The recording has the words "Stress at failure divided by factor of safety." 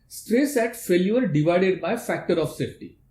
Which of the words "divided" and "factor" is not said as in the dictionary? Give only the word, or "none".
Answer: none